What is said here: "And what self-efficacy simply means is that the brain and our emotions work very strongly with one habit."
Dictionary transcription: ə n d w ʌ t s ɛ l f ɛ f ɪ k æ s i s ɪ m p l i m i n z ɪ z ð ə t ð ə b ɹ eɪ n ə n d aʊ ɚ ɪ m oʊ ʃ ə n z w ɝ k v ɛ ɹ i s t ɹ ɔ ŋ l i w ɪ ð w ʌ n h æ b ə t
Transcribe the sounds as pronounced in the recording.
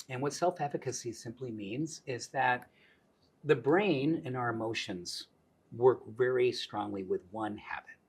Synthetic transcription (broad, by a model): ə n w ʌ t s ɛ l f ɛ f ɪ k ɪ s i s ɪ m p l i m i n z ɪ z ð ə t ð ə b ɹ eɪ n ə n aʊ ɚ ɪ m oʊ ʃ ə n z w ɝ k v ɛ ɹ i s t ɹ ɔ ŋ l i w ɪ ð w ʌ n h æ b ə t